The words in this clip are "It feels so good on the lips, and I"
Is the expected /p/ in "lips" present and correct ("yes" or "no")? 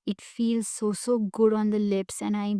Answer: yes